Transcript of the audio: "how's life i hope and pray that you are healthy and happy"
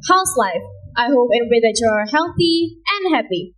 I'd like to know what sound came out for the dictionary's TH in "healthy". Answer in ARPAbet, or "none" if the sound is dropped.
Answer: TH